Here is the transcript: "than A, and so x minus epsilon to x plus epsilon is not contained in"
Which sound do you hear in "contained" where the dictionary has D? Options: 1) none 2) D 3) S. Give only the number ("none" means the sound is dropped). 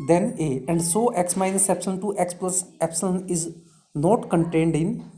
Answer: 2